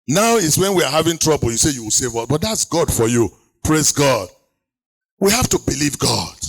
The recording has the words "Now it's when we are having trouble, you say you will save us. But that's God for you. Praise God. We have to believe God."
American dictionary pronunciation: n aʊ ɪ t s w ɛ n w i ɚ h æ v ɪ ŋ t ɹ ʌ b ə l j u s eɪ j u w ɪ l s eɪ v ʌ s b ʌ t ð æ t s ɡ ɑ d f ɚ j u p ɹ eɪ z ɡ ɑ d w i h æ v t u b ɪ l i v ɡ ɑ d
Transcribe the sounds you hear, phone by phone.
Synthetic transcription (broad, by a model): n aʊ ɪ t s w ɛ n w i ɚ h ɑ v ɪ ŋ t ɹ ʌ b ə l j u s eɪ j u w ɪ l s eɪ v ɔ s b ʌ t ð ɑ t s ɡ ɑ d f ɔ j u p ɹ eɪ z ɡ ɑ d w i h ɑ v t u b ɪ l i v ɡ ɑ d